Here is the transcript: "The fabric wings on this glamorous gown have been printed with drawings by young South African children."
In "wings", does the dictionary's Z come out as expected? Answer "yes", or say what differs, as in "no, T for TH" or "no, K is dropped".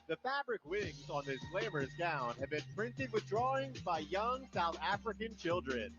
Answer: yes